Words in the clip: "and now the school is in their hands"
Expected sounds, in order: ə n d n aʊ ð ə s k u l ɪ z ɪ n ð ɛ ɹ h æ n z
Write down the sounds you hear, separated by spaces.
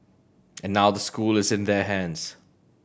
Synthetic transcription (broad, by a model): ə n n aʊ ð ə s k u l ɪ z ɪ n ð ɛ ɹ h æ n z